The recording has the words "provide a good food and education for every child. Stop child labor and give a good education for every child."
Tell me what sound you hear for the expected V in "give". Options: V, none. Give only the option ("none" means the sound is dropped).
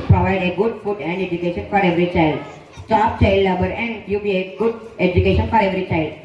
none